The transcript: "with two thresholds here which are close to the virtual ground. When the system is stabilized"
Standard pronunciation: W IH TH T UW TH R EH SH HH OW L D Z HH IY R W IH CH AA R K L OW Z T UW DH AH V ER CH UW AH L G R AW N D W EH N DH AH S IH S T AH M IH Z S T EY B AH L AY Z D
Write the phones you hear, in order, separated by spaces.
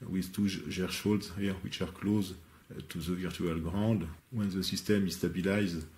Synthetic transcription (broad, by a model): W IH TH T UW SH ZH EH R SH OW L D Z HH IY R W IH CH AA R K L OW Z T UW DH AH V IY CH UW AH L G R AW D W EH N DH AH S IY S T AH M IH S T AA B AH L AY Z